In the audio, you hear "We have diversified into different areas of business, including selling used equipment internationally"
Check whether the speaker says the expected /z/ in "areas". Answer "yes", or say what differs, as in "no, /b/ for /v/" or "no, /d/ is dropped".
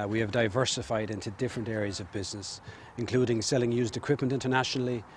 yes